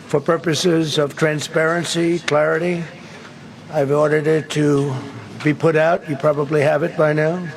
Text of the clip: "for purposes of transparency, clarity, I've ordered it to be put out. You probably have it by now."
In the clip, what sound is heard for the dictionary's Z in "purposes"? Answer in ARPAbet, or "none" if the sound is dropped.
Z